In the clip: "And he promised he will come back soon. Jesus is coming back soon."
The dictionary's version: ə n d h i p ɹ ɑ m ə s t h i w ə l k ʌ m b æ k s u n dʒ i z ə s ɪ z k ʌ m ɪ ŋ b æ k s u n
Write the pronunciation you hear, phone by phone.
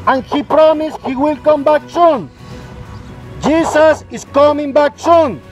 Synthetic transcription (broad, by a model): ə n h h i p ɹ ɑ m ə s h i w ə l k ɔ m b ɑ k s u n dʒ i s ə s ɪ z k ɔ m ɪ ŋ b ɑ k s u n